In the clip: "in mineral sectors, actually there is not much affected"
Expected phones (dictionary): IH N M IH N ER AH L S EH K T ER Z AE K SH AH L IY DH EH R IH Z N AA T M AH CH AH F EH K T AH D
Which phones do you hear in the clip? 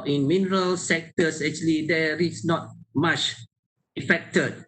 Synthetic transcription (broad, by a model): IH N M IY N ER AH L S EH K T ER S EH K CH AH L IY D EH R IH S N AA T M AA CH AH F EH K T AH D